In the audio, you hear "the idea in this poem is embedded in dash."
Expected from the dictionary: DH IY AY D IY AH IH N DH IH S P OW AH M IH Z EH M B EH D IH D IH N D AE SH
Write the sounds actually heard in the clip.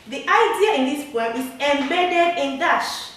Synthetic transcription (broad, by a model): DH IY AY D IY AH IH N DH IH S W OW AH IH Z EH M B EH D IH D IH N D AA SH